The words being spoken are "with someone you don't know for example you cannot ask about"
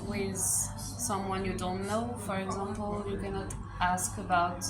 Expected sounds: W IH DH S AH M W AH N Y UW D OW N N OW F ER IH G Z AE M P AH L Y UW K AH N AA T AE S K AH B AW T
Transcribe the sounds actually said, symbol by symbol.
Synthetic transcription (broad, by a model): W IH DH S AH M W AH N Y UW D OW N N OW F ER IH G Z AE M P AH L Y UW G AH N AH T AE S K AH B AW T